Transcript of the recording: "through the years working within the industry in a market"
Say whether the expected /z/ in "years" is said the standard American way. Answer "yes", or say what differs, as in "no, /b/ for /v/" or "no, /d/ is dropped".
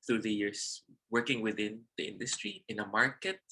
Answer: no, /s/ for /z/